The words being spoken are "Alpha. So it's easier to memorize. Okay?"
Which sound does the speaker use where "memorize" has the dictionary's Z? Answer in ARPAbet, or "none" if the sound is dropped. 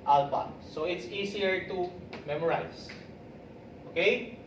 S